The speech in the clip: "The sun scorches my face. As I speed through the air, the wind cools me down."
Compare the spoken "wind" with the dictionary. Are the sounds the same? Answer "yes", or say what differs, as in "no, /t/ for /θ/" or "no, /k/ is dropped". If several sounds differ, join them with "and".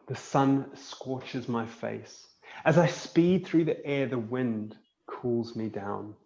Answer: yes